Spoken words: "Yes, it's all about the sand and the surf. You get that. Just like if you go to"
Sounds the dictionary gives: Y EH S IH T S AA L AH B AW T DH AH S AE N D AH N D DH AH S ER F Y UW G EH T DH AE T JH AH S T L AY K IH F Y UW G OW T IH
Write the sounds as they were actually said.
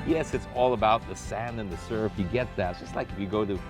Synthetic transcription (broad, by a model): Y EH S IH T S AA L AH B AW T DH AH S AE N D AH N DH AH S ER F Y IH G EH T DH AE T JH AH S T L AY K IH F Y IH G OW T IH